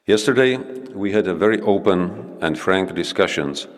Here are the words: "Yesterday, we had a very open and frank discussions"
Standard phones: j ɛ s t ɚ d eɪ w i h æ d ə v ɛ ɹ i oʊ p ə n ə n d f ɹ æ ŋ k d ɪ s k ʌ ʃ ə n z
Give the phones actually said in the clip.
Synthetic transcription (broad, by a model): j ɛ s t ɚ d eɪ w i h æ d ə v ɛ ɹ i oʊ p ə n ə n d f ɹ æ ŋ k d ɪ s k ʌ ʃ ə n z